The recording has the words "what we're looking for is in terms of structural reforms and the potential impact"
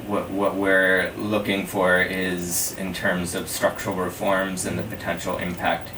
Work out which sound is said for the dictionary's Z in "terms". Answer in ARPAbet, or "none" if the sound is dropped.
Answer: Z